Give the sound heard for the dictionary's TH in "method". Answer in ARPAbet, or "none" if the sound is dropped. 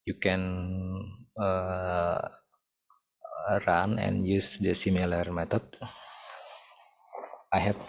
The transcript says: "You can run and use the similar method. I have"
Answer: T